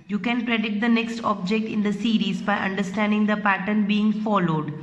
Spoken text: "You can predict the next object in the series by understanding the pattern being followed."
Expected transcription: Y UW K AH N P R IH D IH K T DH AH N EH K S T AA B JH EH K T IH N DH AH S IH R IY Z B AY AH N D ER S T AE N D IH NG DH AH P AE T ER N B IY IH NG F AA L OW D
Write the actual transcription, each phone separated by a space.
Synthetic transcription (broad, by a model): Y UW K AH N P R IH D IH T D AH N EH K S T AA B JH EH K T IH N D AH S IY R IY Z B AY AH N D ER S T AE N D IH NG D AH P AE T ER N B IY IH NG F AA L OW D